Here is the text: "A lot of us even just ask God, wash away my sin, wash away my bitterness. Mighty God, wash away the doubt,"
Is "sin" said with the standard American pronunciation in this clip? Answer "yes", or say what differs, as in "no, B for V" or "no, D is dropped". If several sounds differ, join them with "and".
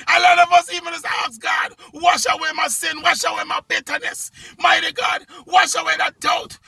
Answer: yes